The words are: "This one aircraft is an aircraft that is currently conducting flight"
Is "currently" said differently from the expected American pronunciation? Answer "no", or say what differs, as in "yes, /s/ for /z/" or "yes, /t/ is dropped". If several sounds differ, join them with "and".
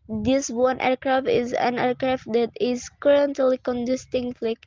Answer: no